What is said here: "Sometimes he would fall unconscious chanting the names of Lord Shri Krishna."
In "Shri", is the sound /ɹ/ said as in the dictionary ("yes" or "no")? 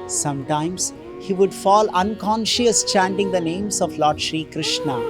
yes